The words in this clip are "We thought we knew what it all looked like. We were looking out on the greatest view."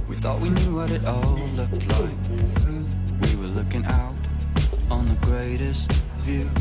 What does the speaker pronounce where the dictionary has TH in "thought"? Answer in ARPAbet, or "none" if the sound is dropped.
TH